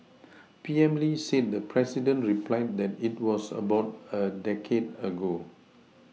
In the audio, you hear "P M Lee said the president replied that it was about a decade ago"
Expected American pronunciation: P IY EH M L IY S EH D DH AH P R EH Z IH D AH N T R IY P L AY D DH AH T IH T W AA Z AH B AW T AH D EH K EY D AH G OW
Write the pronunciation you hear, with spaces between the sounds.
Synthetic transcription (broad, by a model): P IY EH M L IY S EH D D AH P R EH S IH D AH N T R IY P L AY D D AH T IH T W AA S AH B AW T AH D EH K EY D AH G OW